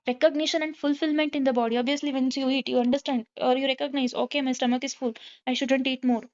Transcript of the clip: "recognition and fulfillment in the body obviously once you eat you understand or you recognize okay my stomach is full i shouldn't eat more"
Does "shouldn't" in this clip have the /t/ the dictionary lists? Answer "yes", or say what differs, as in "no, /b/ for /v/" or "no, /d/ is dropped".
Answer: yes